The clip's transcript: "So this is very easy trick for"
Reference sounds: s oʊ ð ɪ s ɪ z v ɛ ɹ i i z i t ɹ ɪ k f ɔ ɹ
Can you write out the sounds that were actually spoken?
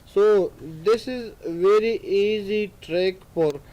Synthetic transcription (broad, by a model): s oʊ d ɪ s ɪ z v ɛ ɹ i i z i t ɹ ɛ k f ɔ ɹ